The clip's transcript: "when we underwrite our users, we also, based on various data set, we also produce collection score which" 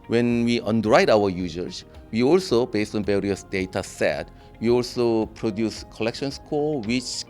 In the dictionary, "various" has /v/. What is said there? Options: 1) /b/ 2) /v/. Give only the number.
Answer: 1